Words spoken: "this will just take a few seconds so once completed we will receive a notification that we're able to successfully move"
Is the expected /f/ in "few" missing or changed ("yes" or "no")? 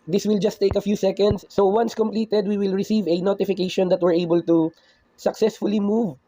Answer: no